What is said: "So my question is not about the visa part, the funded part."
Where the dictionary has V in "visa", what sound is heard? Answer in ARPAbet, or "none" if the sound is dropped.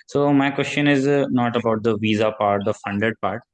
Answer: V